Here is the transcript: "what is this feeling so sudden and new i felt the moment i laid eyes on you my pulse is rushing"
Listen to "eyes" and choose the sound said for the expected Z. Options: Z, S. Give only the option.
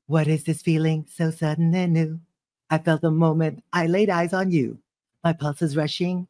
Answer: Z